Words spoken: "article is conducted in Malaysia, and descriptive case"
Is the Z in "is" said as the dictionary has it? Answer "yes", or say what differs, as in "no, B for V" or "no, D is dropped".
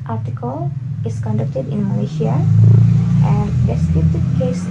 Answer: no, S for Z